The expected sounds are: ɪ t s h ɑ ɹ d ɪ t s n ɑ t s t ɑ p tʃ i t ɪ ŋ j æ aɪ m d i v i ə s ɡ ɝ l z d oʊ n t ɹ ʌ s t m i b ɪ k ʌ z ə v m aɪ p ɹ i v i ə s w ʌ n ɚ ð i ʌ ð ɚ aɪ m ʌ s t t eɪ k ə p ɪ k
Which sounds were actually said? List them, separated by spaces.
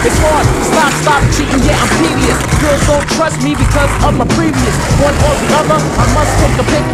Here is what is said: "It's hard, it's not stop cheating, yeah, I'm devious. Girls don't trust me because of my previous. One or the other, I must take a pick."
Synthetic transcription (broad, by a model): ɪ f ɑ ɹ ɪ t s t ɑ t s t ɑ p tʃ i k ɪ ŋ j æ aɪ m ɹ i v i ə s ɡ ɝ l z d oʊ n t ɹ ʌ s t m i b ɪ k ʌ z ə v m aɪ p ɹ i v i ə s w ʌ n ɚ ð i ʌ ð ɚ aɪ m ʌ s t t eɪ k ə p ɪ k